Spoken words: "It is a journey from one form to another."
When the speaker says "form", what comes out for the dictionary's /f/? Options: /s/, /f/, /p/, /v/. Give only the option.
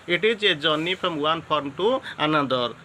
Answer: /p/